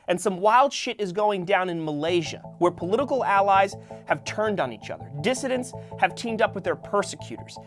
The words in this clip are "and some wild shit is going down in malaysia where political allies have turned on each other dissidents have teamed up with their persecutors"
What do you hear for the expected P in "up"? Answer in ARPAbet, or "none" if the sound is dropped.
P